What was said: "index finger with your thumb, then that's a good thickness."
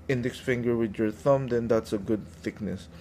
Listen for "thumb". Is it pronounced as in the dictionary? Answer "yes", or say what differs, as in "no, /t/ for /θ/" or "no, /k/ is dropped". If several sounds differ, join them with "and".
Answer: yes